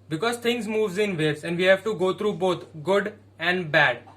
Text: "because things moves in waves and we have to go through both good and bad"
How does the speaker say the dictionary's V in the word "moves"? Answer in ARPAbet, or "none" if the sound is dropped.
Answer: V